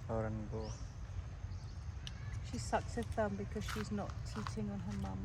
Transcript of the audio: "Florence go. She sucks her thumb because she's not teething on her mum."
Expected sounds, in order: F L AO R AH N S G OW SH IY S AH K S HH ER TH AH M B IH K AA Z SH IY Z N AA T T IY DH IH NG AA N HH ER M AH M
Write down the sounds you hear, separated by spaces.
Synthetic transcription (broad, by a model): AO R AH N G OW SH IY S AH K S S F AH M B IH K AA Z SH IY Z N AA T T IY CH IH NG AA N HH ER M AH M